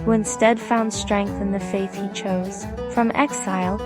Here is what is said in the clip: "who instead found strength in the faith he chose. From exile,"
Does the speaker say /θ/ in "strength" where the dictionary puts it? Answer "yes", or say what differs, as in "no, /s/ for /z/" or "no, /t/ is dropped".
yes